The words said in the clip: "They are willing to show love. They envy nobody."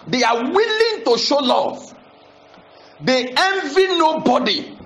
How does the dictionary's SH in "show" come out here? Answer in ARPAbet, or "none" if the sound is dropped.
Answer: SH